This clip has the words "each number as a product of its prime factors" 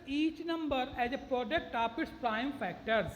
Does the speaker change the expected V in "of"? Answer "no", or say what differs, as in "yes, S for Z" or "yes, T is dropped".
yes, P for V